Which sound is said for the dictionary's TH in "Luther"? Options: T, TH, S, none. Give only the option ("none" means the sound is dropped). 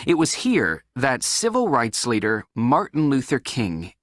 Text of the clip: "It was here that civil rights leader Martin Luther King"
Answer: TH